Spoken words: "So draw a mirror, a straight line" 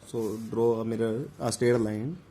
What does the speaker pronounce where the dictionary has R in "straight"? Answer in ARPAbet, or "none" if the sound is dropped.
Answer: none